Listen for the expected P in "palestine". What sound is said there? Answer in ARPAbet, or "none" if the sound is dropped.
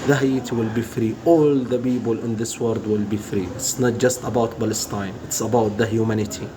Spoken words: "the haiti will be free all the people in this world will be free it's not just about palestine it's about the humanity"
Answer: B